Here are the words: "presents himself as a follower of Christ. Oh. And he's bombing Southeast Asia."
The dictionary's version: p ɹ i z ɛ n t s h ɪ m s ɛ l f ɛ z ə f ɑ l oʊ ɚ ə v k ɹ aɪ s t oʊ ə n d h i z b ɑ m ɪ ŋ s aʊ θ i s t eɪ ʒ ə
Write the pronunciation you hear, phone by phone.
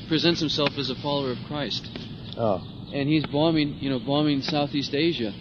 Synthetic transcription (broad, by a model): p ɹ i z ɛ n t s h ɪ m s ɛ l f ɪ z ə f ɑ l oʊ ɚ ə v k ɹ aɪ s t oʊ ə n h i z b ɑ m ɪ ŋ s aʊ θ i s t eɪ ʒ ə